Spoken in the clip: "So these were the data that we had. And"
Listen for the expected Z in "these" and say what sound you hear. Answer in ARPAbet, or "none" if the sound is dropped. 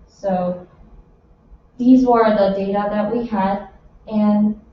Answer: Z